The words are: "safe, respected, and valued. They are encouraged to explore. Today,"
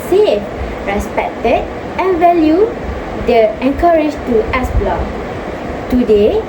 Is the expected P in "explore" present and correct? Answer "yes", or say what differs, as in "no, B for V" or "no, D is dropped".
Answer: no, B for P